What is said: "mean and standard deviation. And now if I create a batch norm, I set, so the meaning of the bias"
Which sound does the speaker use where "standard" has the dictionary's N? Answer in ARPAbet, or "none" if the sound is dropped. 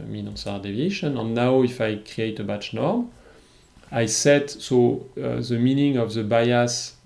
none